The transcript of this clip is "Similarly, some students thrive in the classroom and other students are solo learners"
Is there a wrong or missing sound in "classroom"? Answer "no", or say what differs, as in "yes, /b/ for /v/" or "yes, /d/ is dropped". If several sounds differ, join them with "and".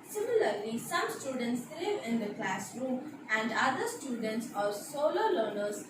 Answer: no